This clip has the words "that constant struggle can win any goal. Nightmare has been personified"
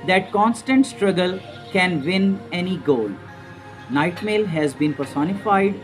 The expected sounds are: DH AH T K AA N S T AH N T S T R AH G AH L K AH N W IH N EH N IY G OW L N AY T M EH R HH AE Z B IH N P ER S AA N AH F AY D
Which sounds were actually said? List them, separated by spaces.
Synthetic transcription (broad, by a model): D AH T K AA N S T AH N T S T R AH G AH L K AH N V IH N EH N IY G OW L N AY T M EH L HH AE Z B IH N P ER S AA N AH F AY D